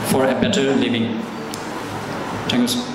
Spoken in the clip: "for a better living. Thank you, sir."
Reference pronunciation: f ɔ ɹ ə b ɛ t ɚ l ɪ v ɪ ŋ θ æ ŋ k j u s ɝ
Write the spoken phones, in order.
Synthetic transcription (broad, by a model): f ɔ ɹ ə b ɛ t ɚ l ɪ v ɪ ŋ t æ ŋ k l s